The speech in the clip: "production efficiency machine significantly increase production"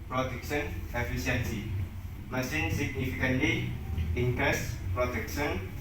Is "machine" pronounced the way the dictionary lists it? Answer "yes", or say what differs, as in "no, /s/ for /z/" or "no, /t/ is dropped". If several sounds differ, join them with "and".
no, /s/ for /ʃ/